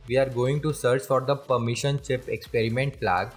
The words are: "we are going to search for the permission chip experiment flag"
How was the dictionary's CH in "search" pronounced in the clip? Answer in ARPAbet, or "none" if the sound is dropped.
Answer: CH